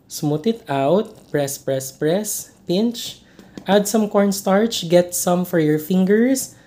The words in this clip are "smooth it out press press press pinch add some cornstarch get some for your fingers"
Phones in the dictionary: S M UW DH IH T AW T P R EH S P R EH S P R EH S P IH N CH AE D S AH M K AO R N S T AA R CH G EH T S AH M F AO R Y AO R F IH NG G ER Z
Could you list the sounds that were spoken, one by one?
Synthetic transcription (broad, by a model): S M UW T IH T AW T P R EH S P R EH S P R EH S P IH N CH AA D S AH M K AO R N S T AA R CH G EH T S AH M F AO R Y AO R F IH NG G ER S